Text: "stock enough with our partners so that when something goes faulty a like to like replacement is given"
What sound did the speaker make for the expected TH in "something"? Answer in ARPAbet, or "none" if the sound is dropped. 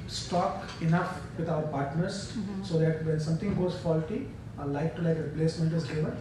T